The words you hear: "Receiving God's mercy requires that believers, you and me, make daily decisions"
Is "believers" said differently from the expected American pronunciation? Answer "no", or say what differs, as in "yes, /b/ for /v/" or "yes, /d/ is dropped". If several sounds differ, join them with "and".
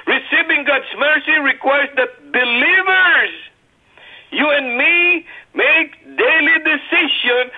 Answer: no